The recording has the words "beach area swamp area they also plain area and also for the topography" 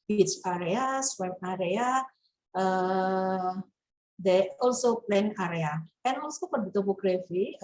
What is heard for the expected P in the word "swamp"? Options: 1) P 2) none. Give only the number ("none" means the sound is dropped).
2